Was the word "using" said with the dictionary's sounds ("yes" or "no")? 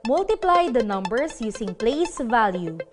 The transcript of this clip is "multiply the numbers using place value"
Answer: no